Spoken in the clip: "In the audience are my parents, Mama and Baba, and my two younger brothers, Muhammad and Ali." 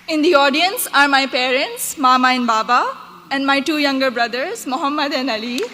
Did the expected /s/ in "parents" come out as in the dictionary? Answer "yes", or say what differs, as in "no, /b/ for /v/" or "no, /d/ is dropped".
yes